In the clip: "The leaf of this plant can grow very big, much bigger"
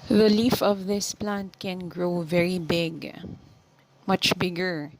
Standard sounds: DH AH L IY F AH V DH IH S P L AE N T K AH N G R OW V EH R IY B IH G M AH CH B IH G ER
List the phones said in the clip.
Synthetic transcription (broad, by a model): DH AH L IY F AH V DH IH S P L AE N T K AH N G R OW V EH R IY B IH G M AH CH B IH G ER